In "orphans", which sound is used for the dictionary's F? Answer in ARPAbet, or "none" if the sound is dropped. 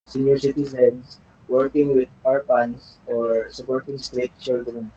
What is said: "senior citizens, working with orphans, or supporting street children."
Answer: P